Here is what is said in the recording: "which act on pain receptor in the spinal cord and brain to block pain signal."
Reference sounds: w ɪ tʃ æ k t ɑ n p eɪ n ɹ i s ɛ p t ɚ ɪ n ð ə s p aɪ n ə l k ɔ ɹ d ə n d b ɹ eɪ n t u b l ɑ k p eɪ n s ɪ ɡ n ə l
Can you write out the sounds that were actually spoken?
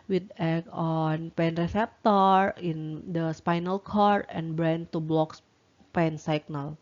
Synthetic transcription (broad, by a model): w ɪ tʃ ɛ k ɑ n p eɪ n ɹ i s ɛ p t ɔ ɪ n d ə s p aɪ n ə l k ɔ ɹ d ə n b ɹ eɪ n t u b l ɑ k p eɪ n s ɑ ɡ n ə l